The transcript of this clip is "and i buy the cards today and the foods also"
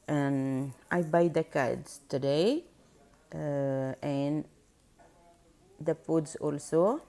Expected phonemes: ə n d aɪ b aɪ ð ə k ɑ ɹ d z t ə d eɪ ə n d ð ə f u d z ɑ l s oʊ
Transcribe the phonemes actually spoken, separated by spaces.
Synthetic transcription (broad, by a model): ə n aɪ b aɪ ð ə k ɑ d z t ə d eɪ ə n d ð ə p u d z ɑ l s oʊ